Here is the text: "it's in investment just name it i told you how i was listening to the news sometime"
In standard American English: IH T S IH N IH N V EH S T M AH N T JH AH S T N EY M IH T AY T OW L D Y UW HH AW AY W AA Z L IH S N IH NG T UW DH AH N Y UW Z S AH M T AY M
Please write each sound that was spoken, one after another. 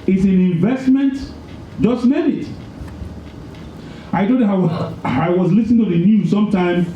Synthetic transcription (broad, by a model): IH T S IH N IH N V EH S T M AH N T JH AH S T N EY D IH T AY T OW D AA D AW AY W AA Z L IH S N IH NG T UW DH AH N Y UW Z S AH M T AY M